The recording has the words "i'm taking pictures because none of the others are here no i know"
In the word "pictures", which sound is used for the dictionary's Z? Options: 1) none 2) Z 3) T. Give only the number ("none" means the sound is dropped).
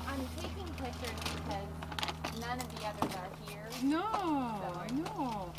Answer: 1